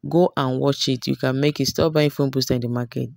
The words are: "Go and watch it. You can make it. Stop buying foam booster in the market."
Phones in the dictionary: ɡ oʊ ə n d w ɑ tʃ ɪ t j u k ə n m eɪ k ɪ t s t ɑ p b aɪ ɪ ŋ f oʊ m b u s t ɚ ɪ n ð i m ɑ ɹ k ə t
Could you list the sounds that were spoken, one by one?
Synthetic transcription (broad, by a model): ɡ oʊ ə n w ɑ tʃ ɪ t j u k ə n m eɪ k ɪ t s t ɑ p b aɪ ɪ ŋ f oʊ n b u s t ɪ n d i m ɑ k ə t